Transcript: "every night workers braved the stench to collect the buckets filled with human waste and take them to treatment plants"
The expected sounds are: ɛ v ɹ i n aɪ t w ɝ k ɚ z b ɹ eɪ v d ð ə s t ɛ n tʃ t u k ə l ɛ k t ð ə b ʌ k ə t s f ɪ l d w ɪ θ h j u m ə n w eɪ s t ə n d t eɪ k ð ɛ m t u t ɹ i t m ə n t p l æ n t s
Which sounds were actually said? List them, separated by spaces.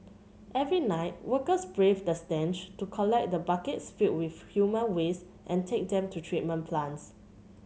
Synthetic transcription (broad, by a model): ɛ v ɹ i n aɪ t w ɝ k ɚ s b ɹ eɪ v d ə s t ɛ n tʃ t u k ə l ɛ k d ə b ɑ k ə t s f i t w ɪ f h j u m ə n w eɪ s t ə n t eɪ k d ɛ m t u t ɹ i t m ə n p l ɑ n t s